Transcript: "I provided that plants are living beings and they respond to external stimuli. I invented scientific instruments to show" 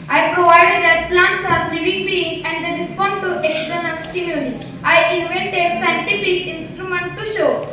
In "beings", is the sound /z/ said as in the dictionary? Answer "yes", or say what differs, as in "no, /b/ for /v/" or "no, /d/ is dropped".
no, /z/ is dropped